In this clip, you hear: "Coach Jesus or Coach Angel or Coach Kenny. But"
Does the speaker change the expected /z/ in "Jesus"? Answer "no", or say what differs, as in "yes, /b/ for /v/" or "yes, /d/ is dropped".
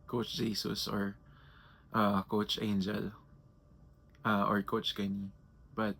yes, /s/ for /z/